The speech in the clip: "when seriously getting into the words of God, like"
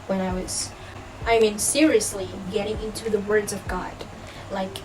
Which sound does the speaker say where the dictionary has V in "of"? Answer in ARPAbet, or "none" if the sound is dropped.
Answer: V